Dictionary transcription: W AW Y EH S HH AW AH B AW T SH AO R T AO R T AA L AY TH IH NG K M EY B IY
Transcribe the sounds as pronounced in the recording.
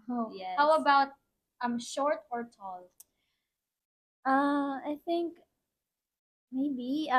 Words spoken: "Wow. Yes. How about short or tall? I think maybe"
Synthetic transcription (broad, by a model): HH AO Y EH HH AW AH B AW T SH AO R T AO R T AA L AY TH IH NG K M EY B IY